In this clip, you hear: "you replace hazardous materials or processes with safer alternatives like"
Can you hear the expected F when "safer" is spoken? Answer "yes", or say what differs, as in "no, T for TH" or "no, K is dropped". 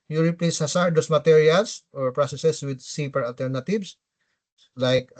no, P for F